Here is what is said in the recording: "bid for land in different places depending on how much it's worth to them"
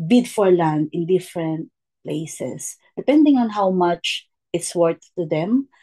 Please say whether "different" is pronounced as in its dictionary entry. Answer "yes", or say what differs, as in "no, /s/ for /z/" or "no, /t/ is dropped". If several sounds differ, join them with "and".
yes